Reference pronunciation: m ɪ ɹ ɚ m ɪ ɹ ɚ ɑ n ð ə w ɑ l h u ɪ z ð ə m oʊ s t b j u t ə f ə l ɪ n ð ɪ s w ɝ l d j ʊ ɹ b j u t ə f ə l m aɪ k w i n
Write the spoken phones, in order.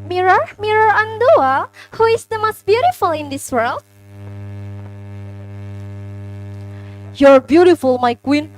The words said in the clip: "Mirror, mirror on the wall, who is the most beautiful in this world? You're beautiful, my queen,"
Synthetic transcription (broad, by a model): m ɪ ɹ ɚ m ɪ ɹ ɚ ɑ n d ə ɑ h u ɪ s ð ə m oʊ s t b j u t ə f ə l ɪ n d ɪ s w ɝ l d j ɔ ɹ b j u t ə f ə l m aɪ k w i n